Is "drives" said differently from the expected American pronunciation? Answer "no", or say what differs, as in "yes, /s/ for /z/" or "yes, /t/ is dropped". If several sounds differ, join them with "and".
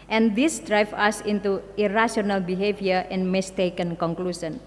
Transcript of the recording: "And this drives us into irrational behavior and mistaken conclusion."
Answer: yes, /z/ is dropped